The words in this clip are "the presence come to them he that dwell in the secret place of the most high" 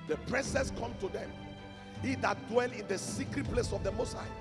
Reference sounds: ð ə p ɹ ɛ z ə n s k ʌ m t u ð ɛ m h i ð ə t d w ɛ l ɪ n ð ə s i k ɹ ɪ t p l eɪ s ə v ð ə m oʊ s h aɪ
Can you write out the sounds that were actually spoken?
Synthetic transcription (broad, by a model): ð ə p ɹ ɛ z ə s k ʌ m t u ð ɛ m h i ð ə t d w ɛ l ɪ n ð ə s i k ɹ ɪ t p l eɪ s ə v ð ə m oʊ s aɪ